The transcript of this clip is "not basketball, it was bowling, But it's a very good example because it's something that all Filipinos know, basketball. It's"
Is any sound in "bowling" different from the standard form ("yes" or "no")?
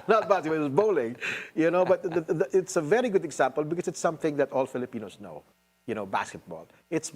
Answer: yes